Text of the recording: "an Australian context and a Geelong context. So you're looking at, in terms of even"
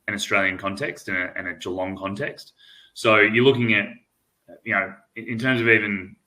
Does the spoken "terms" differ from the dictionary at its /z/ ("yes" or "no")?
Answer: no